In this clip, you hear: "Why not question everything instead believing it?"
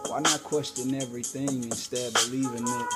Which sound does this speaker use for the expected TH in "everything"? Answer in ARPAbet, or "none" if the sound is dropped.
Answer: TH